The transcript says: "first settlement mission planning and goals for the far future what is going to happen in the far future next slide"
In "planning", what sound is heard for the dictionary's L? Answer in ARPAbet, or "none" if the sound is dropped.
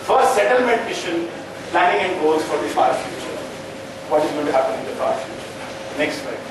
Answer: L